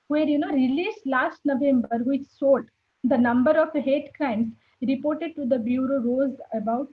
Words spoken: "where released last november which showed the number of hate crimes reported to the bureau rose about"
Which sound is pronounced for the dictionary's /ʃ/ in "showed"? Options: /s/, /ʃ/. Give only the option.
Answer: /s/